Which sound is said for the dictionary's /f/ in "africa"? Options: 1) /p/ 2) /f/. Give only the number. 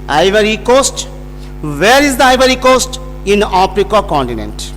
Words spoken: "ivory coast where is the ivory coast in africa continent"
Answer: 1